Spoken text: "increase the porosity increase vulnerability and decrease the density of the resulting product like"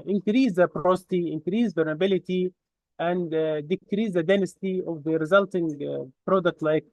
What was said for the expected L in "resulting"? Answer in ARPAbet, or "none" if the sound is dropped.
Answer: L